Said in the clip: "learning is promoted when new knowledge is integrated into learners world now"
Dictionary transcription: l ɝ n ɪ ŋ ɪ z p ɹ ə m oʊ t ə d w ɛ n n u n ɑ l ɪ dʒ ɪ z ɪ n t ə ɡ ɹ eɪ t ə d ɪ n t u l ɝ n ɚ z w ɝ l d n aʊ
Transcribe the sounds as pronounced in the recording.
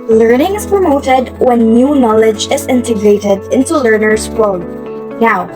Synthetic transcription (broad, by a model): l ɝ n ɪ ŋ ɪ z p ɹ ə m oʊ t ə d w ɛ n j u n ɑ l ɪ dʒ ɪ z ɪ n t ə ɡ ɹ eɪ t ə d ɪ n t u l ɝ n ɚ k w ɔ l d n aʊ